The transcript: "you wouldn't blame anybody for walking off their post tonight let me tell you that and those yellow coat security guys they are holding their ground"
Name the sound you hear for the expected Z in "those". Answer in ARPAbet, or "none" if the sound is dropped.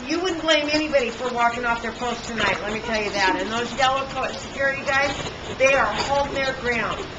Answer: Z